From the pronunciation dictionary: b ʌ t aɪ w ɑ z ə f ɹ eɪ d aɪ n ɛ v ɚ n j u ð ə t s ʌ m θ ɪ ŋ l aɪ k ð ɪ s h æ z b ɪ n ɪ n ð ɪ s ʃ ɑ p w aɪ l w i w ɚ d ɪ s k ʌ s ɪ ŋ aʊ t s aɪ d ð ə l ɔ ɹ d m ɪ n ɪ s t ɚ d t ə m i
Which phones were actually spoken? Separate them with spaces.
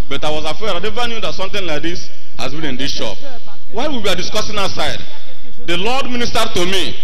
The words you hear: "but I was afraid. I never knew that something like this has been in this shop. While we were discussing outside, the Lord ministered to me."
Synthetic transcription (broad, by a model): b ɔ t aɪ w ɑ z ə f eɪ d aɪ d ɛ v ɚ n j u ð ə t s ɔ m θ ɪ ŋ l aɪ k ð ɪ s h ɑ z b ɪ n ɪ n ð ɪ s ʃ ɑ p w aɪ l w i w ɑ d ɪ s k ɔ s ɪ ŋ aʊ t s aɪ d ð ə l ɔ d m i n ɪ s t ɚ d t ə m i